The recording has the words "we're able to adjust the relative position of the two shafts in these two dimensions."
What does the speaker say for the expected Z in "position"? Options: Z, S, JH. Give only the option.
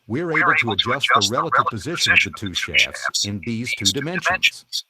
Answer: Z